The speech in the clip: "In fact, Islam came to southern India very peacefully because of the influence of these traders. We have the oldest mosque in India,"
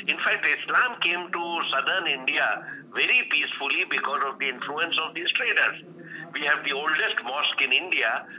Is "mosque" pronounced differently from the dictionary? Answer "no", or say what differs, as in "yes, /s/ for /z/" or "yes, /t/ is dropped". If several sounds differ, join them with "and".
no